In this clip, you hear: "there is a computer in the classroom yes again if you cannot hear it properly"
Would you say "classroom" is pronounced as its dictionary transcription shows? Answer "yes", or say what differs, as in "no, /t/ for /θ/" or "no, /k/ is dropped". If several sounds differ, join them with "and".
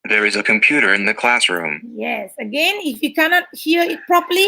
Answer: yes